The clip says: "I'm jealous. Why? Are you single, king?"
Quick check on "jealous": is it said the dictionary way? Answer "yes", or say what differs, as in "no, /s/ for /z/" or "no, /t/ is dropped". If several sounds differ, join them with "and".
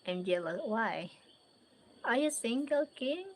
no, /s/ is dropped